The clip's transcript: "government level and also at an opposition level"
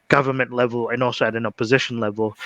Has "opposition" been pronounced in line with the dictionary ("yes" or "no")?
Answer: yes